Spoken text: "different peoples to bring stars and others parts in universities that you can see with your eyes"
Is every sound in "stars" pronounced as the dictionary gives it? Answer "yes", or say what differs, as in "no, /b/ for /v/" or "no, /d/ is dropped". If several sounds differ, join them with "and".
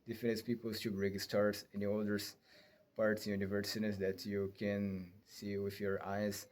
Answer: no, /s/ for /z/